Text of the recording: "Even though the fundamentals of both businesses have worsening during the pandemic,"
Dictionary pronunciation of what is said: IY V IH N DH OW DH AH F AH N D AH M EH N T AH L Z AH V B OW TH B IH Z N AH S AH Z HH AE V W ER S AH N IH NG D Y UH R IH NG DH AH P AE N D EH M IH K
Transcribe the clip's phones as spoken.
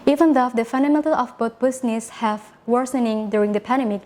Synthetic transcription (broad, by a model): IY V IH N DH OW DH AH F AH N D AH M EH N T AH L AH F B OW T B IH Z N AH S HH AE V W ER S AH N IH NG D Y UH R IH NG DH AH P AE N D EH M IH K